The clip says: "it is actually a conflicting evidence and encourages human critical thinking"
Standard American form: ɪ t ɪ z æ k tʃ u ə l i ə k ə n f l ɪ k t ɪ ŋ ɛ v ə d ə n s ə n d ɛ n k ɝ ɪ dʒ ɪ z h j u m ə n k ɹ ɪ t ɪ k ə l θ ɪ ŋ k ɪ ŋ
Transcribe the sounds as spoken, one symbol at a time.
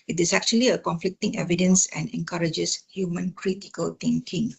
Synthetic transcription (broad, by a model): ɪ t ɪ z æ k tʃ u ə l i ə k ə n f l ɪ k t ɪ ŋ ɛ v ə d ə n s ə n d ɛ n k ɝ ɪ dʒ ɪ s h j u m ə n k ɹ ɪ t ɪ k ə l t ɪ ŋ k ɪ ŋ